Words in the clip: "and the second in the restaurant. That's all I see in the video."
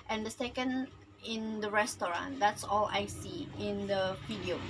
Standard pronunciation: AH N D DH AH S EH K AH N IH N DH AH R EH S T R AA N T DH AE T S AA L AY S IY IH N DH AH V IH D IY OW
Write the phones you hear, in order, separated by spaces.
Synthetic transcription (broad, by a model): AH N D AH S EH K AH N IH N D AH R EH S T R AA N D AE T S AA L AY S IY IH N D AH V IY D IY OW